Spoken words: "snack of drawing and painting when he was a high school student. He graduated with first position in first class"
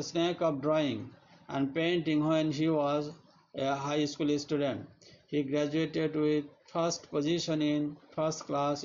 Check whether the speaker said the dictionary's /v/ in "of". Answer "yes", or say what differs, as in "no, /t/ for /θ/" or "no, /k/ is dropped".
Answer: no, /p/ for /v/